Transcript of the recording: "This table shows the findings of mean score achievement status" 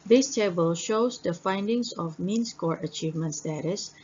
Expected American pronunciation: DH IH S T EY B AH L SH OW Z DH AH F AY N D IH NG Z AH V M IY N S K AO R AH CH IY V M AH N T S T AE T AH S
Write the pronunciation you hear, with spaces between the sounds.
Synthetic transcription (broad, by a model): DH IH S T EY B AH L SH OW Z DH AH F AY N D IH NG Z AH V M IY N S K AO R AH CH IY V M AH N T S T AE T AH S